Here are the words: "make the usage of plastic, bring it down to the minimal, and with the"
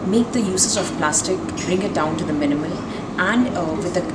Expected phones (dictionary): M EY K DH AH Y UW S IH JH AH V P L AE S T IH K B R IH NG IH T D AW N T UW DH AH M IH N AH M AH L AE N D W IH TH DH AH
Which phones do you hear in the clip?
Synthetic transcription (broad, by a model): M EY K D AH Y UW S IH Z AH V P L AE S T IH K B R IH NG IH T D AW N T UW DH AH M IH N AH M AH L AE N D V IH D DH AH